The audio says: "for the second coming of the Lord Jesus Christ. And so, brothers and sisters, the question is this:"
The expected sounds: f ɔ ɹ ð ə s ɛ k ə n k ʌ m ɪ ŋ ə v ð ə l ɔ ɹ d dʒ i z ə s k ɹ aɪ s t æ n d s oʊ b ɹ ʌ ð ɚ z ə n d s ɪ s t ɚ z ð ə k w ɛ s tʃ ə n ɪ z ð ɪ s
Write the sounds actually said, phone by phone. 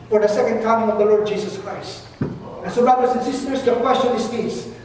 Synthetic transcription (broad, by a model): f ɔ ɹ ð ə s ɛ k ə n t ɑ ɪ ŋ ə v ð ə l ɔ ɹ d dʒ i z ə s k ɹ aɪ s t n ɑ s oʊ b ɹ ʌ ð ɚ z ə n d s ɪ s t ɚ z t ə k w ɛ s tʃ ə n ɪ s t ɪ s